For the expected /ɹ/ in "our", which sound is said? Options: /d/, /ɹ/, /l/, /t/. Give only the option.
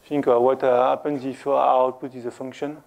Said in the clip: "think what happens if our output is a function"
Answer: /l/